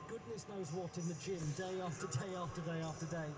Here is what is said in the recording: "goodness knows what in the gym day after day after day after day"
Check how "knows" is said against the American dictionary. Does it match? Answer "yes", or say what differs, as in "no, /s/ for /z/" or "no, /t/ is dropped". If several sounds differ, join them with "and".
yes